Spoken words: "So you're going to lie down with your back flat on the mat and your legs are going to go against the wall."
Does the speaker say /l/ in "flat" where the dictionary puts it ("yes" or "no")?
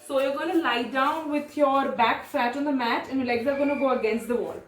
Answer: no